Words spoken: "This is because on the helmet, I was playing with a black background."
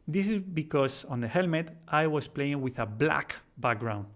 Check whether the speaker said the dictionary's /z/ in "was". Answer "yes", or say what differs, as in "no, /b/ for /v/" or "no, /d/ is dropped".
no, /s/ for /z/